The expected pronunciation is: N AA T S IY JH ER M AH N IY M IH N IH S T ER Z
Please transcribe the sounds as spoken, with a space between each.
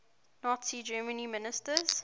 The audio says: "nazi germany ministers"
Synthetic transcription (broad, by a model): N AA T S IY JH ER M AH N IY M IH N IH S T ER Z